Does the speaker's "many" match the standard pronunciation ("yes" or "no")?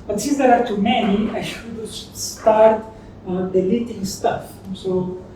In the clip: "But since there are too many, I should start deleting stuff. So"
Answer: no